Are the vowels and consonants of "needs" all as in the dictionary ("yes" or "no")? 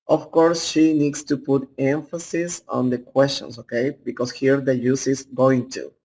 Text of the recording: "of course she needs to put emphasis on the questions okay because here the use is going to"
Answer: no